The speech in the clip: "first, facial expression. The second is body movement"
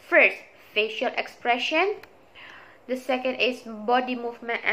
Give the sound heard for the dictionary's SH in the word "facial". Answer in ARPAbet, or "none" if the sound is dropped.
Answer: SH